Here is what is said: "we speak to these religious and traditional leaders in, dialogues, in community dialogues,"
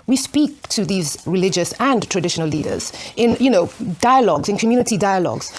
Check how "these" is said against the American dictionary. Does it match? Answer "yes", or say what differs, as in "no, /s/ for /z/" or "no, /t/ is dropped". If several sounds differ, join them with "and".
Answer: yes